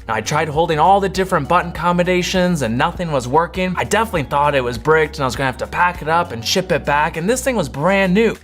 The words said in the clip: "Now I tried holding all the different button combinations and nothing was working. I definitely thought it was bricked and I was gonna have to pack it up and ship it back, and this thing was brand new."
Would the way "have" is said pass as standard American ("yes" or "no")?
no